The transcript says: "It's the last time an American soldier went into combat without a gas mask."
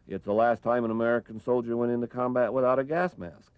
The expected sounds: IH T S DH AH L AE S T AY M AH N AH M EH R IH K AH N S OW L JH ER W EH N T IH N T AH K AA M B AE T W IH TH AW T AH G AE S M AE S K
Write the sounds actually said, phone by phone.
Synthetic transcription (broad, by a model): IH T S DH AH L AE S T AY M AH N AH M EH R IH K N S OW L JH ER W EH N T IH N T AH K AA M B AE T W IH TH AW T AH G AE S M AE S K